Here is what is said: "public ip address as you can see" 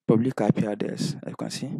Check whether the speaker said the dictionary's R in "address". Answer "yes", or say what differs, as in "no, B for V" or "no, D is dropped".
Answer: no, R is dropped